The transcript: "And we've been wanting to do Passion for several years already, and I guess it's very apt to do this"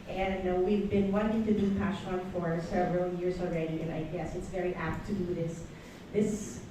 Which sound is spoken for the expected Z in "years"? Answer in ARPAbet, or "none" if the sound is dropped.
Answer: Z